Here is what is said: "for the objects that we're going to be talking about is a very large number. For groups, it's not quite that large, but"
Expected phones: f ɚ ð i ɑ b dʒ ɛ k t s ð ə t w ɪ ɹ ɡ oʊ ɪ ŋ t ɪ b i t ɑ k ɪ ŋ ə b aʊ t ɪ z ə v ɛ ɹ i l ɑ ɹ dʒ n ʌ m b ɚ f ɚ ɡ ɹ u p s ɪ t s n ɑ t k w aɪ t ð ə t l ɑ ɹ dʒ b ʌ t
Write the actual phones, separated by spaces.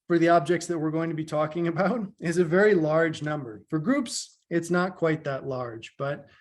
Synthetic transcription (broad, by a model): f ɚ ð i ɑ b dʒ ɛ k t s ð ə t w ɪ ɹ ɡ oʊ ɪ ŋ t ɪ b i t ɑ k ɪ ŋ ə b aʊ t ɪ z ə v ɛ ɹ i l ɑ ɹ dʒ n ʌ m b ɚ f ɚ ɡ ɹ u p s ɪ t s n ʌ t k w aɪ t ð ə t l ɑ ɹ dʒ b ʌ t